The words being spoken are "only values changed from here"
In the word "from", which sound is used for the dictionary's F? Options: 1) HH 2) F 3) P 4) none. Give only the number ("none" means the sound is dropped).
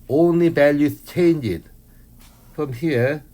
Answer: 2